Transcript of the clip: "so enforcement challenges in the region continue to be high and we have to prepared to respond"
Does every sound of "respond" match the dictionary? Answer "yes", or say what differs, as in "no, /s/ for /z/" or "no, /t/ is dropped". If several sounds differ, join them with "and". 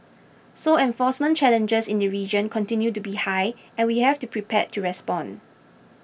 no, /d/ is dropped